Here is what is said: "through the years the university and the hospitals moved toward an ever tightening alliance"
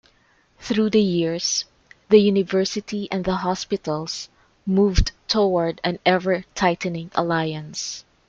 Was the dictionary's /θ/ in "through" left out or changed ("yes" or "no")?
no